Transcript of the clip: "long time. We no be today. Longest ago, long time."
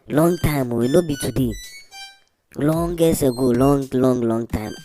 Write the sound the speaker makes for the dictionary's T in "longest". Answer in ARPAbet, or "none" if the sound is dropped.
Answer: none